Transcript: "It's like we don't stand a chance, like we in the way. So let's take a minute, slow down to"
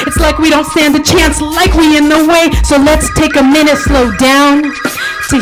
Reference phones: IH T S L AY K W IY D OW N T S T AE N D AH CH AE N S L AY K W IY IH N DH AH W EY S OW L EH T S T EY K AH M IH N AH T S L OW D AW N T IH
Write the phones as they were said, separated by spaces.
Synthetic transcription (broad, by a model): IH T S L AY K W IY D OW N T S T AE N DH AH CH AE N S L AY K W IY IH N DH AH W EY S OW L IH T S T EY K AH M IH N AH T S L OW D AW N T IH